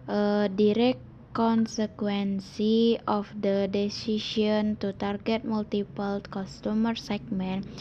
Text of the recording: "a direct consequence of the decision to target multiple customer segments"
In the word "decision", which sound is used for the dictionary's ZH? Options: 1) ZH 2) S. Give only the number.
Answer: 2